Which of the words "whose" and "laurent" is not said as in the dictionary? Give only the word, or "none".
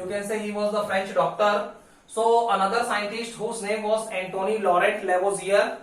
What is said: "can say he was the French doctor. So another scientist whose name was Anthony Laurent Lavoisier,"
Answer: laurent